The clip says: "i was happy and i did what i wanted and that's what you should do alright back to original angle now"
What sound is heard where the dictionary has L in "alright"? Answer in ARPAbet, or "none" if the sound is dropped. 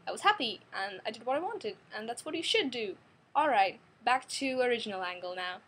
L